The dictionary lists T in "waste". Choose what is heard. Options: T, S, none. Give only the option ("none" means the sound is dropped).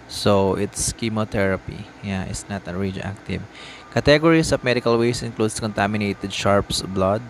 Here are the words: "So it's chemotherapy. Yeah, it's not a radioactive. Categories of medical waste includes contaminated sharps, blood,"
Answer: none